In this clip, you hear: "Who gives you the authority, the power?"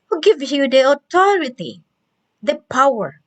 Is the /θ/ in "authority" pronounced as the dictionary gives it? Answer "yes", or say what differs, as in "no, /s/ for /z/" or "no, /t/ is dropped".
no, /t/ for /θ/